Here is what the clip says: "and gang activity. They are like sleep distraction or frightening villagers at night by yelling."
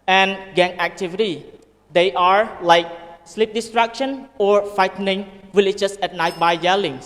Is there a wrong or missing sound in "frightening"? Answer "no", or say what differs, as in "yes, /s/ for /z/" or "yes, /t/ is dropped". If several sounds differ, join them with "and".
yes, /ɹ/ is dropped